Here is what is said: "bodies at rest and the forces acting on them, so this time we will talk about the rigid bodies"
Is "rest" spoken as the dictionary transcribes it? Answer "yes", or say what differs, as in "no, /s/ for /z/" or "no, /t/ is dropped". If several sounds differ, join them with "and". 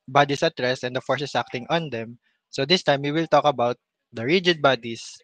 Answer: no, /t/ is dropped